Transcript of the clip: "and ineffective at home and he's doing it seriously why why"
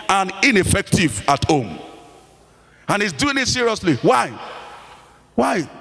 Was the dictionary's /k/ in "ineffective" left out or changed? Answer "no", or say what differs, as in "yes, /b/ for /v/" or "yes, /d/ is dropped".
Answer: no